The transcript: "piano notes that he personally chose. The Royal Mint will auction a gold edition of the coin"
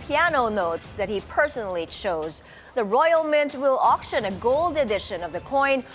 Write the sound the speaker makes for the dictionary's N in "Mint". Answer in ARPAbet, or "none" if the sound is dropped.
N